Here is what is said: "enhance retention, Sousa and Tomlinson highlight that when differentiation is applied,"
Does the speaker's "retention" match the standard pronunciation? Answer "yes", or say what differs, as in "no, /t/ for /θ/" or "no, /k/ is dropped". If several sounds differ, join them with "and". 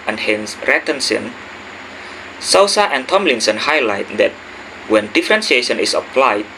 no, /s/ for /ʃ/